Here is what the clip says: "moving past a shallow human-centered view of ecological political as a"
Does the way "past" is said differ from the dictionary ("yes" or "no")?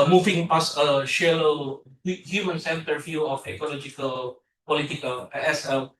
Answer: yes